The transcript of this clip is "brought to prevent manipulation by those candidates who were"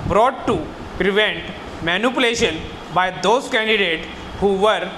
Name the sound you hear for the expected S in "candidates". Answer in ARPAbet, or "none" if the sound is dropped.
none